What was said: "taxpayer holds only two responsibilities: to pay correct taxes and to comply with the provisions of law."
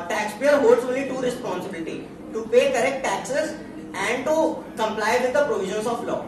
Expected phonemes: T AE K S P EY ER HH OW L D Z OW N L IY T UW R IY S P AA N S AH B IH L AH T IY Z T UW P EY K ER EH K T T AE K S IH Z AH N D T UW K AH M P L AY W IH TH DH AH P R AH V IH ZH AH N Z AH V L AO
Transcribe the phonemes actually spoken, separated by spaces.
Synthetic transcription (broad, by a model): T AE K S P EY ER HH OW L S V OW L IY T UW R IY S P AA N S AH B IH L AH T IY T UW P EY K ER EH K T T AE K S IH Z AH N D T UW K AH M P L AY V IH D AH P R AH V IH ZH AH N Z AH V L AO